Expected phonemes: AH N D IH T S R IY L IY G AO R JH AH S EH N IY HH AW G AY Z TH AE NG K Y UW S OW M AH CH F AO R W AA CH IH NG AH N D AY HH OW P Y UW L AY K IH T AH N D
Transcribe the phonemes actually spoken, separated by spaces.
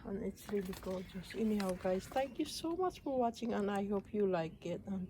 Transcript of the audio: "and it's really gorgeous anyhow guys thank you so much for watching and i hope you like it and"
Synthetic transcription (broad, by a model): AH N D IH T S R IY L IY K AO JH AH S EH N IY HH AW G AY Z T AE NG K Y UW S OW M AH CH F AO R W AA CH IH NG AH N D AY HH OW P Y UW L AY K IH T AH N